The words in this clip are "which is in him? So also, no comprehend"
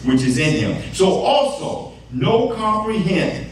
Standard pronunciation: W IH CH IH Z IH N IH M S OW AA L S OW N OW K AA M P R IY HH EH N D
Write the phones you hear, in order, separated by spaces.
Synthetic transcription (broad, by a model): W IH CH IH Z IH N IH M S OW AA L S OW N OW K AA M P R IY HH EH N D